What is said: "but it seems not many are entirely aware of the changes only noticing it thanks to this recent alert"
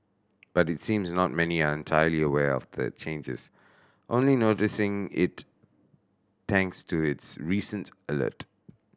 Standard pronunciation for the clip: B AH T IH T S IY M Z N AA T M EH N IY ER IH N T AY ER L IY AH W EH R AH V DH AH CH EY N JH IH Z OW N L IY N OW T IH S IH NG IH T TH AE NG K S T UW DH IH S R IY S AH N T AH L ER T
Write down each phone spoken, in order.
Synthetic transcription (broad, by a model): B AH T IH T S IY M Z N AA T M EH N IY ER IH N T AY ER L IY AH W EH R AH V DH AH CH EY N JH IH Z OW N L IY N OW T IH S IH NG IH T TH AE NG K S T UW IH S R IY S AH N T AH L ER T